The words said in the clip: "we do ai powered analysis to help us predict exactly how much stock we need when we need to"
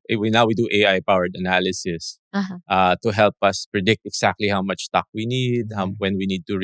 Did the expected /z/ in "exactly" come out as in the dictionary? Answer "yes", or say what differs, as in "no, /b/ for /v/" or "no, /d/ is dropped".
no, /s/ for /z/